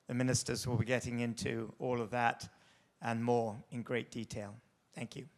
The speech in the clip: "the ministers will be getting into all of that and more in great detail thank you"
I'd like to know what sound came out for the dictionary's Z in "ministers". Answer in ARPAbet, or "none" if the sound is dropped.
Z